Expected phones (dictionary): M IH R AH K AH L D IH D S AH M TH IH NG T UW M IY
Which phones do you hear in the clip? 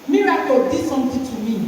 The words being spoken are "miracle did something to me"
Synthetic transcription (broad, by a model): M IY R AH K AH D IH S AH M T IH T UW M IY